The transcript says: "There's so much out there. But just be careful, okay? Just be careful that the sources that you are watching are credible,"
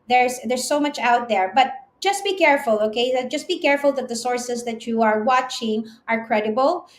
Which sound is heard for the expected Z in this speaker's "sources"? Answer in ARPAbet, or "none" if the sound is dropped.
S